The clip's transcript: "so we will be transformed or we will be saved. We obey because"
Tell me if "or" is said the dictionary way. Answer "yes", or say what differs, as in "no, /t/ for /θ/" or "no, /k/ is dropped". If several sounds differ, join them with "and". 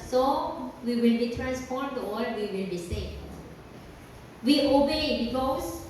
no, /l/ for /ɹ/